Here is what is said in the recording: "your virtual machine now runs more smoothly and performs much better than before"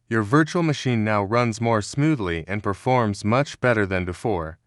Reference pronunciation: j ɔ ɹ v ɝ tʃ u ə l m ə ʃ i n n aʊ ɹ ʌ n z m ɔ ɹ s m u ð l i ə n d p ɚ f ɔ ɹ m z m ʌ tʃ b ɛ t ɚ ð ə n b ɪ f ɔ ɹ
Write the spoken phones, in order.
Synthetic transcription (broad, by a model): j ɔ ɹ v ɝ tʃ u l m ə ʃ i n n aʊ ɹ ʌ n z m ɔ ɹ s m u ð l i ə n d p ɚ f ɔ ɹ m z m ʌ tʃ b ɛ t ɚ ð ə n b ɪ f ɔ ɹ